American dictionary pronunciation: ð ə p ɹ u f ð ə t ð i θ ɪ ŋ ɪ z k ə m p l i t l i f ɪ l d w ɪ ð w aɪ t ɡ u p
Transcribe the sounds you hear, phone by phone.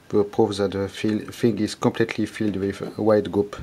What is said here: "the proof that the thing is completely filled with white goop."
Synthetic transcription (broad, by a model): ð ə p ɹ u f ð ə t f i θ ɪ ŋ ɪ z k ə m p l i t l i f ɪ l d w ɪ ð w aɪ t ɡ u p